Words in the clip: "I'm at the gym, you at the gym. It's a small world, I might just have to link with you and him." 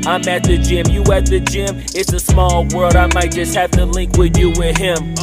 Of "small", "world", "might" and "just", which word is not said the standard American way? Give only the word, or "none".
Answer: none